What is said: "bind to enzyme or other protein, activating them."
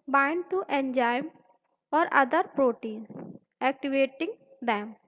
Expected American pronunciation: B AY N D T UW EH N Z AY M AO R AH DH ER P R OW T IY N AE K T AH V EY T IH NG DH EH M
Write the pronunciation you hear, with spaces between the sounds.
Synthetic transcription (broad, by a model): B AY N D T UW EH N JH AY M AO R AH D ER P R OW T IY N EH K T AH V EY T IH NG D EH M